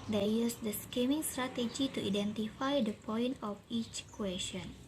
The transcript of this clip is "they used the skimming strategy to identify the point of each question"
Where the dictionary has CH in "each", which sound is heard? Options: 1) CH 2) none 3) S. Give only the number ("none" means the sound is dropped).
1